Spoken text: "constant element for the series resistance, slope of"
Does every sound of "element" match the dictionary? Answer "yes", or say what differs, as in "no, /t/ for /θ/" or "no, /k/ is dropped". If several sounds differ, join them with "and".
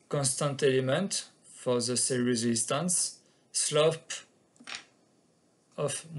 yes